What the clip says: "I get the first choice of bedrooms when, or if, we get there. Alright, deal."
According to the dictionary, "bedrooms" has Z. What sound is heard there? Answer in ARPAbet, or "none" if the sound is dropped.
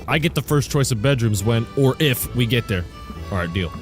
Z